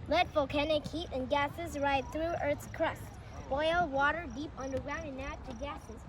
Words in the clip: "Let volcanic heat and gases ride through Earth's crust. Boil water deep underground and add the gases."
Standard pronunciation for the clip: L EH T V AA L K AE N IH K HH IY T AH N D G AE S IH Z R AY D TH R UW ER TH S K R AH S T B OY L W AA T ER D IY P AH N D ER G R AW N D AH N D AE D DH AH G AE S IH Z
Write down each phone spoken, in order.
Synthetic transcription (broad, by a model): L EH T F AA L K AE N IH K HH IY T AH N G AE S IH Z R AY D TH R UW ER TH S K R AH S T B OY L W AA T ER D IY P AH N D ER G R AW N D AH N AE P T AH G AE S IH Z